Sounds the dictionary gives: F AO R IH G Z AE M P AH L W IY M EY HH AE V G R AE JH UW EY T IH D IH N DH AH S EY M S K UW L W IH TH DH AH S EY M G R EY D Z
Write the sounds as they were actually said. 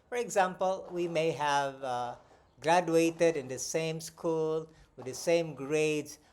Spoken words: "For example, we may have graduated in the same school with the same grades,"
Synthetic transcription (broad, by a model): F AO R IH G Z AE M P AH L W IY M EY HH AE V G R AE JH UW EY T IH D IH N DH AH S EY M S K UW L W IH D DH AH S EY M G R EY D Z